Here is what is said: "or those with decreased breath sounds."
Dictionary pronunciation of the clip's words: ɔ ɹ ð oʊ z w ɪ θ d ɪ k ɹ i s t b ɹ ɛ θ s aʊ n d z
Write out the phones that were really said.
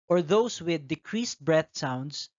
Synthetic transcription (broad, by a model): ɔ ɹ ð oʊ s w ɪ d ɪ k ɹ i s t b ɹ ɛ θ s aʊ n d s